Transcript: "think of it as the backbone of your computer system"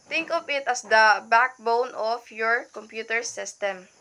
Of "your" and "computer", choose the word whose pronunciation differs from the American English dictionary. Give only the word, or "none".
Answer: none